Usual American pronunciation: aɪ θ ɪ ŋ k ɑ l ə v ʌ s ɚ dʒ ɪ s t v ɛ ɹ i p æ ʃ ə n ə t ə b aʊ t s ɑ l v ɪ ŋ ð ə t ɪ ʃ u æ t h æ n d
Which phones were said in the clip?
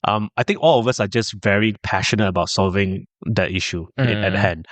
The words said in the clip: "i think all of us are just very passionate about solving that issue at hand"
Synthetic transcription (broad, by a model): aɪ t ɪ ŋ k ɑ l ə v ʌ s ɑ dʒ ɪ s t v ɛ ɹ i p æ ʃ ə n ə t ə b aʊ t s ɑ l v ɪ ŋ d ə t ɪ ʃ u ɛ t h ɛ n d